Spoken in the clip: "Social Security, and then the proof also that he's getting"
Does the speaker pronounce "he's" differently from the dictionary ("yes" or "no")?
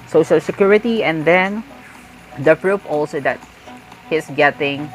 yes